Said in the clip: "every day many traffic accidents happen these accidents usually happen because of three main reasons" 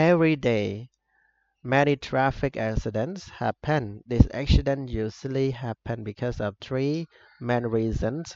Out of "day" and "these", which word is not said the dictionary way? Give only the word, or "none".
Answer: these